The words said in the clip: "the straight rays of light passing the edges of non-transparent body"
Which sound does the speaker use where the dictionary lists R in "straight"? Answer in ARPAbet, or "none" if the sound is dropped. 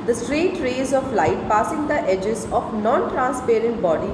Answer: R